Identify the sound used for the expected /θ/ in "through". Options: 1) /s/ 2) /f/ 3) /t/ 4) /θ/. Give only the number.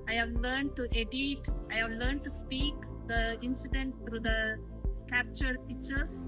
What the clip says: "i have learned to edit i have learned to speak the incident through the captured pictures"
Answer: 3